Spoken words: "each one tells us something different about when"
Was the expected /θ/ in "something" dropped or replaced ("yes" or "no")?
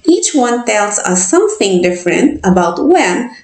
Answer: no